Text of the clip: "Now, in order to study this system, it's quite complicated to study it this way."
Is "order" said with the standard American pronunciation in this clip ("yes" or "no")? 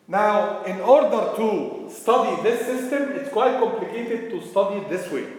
yes